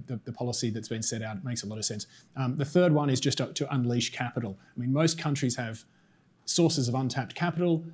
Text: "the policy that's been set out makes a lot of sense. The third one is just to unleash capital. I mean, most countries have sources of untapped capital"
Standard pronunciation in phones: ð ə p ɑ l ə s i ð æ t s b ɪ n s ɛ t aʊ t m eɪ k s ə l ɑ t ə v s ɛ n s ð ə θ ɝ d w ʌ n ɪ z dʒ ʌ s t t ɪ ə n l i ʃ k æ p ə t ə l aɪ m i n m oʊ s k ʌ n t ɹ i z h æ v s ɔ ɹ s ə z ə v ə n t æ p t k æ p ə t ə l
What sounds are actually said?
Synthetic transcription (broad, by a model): ð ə p ɑ l ə s i ð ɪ t s b ɪ n s ɛ t aʊ t m eɪ k s ə l ɑ t ə v s ɛ n s ð ə θ ɝ d w ʌ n ɪ z dʒ ʌ s t t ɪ ə n l i ʃ k æ p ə t l aɪ m i n m oʊ s k ʌ n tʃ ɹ i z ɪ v s ɔ ɹ s ə z ə v ə n t æ p t k æ p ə t l